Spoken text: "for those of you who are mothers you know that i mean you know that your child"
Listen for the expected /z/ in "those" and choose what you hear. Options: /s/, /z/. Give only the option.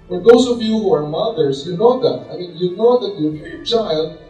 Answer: /s/